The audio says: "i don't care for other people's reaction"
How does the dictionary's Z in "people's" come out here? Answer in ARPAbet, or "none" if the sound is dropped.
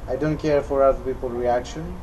none